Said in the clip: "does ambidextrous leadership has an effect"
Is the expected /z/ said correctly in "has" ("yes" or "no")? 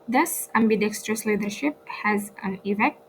yes